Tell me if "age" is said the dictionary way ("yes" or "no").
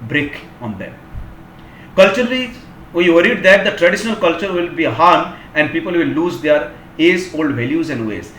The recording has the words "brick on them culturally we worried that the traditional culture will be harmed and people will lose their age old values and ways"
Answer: no